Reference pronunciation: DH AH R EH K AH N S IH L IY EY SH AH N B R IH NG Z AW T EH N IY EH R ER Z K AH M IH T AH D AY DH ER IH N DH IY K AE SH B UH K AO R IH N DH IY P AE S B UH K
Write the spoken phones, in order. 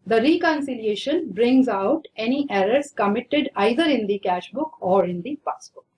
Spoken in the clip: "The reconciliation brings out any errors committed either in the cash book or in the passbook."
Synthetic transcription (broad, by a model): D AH R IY K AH N S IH L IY EY SH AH N B R IH NG Z AW T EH N IY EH R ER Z K AH M IH T AH D AY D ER IH N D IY K AE SH B UH K AO R IH N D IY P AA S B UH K